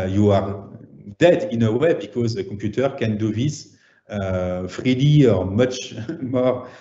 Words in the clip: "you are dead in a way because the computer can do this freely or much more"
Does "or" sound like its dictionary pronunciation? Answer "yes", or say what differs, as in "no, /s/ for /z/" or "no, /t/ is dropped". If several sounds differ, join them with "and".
yes